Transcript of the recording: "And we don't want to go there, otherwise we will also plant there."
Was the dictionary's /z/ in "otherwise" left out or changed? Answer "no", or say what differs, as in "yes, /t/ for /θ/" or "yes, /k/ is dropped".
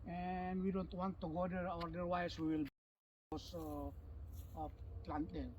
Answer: yes, /s/ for /z/